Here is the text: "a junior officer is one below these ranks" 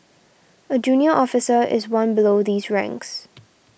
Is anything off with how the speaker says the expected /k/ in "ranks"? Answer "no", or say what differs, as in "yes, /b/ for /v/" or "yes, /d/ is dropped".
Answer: no